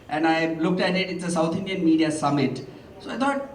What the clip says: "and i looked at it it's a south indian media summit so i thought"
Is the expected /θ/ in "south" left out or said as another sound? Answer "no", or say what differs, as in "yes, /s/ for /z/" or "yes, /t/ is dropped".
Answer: yes, /t/ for /θ/